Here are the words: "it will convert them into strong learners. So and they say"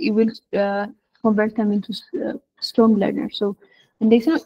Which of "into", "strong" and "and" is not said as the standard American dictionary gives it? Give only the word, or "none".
strong